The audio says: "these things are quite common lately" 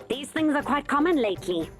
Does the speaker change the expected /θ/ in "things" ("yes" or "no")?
no